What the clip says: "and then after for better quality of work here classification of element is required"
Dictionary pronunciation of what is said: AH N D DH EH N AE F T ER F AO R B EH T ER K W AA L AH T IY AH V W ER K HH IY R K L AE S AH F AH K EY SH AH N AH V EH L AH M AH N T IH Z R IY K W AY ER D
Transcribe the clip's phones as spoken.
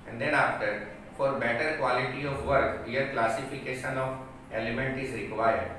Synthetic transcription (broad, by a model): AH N D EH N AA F T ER F AO R B EH T ER K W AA L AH T IY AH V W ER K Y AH R K L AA S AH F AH K EY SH AH N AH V EH L AH M AH N T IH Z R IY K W AY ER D